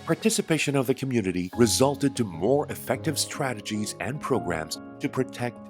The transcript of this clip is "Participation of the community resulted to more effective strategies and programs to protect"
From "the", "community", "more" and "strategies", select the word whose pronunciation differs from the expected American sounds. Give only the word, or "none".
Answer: none